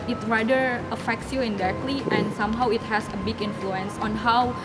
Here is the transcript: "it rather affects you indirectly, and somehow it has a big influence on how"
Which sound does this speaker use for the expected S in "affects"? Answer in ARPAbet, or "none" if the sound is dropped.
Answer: S